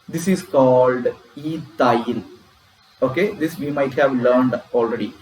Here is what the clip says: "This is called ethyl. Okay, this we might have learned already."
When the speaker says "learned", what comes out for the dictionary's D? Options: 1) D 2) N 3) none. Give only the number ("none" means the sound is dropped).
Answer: 1